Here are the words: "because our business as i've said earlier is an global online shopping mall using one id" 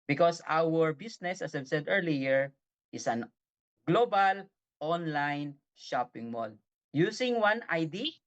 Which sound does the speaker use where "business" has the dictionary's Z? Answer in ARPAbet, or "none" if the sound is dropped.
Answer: S